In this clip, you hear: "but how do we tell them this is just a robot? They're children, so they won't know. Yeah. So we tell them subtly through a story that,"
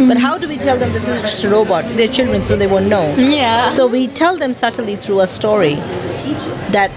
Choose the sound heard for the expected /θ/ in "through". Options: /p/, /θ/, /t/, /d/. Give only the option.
/t/